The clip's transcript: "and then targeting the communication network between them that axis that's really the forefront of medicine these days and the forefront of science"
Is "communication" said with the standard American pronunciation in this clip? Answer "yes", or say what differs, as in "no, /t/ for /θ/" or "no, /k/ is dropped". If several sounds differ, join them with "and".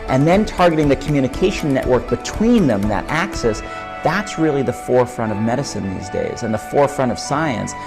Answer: no, /ʃ/ is dropped